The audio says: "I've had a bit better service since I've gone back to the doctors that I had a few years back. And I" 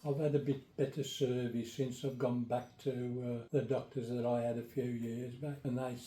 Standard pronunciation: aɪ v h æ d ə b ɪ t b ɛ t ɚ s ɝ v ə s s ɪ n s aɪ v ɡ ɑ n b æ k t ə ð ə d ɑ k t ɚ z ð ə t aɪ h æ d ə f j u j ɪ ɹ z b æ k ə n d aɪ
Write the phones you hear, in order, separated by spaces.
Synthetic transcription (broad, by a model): aɪ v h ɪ d ə b ɪ t b ɛ t ɚ s ɝ v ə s s ɪ n s aɪ v ɡ ɑ n b æ k t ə ð ə d ɑ k t ɚ z ð ə t aɪ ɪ d ə f j u j ɪ ɹ z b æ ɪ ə n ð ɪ